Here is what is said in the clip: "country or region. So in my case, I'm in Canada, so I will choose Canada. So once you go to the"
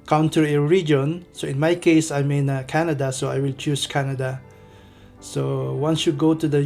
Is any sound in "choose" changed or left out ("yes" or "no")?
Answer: yes